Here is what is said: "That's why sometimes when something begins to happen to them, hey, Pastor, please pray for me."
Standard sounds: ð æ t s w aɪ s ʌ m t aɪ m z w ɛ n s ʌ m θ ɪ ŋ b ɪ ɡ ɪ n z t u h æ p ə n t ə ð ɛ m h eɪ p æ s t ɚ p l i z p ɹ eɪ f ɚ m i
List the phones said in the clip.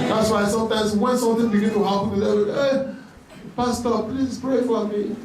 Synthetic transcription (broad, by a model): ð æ t s w aɪ s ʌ m t aɪ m s w ɛ n s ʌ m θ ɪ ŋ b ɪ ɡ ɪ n t u h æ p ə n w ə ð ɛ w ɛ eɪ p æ s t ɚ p l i s p ɹ eɪ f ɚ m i